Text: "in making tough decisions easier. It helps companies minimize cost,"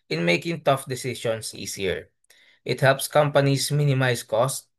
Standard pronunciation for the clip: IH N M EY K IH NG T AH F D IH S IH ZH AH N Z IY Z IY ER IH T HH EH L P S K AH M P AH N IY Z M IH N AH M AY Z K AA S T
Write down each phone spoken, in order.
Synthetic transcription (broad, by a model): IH N M EY K IH NG T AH F D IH S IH S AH N S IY S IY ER IH T HH EH L P S K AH M P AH N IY S M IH N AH M AY S K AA S T